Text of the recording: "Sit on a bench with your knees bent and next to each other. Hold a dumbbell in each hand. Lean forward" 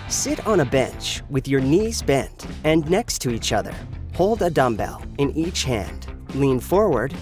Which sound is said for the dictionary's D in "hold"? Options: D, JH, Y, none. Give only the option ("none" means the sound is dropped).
D